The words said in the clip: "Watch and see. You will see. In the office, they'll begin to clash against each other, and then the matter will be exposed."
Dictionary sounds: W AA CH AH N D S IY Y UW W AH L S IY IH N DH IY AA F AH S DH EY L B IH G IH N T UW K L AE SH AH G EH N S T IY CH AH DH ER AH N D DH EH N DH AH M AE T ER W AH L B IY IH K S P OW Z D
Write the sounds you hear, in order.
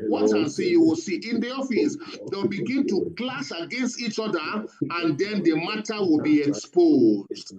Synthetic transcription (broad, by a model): W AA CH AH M S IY Y UW W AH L S IY IH N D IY AA F AH S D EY W B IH G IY N T UW K L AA S AH G EH N S T IY CH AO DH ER AH N D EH N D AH M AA T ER W AH L B IY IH K S P OW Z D